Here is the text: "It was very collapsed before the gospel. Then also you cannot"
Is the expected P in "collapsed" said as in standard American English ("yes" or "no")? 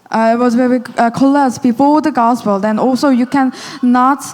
no